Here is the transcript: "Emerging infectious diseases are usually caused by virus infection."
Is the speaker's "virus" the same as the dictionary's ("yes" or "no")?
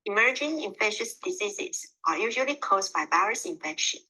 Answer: no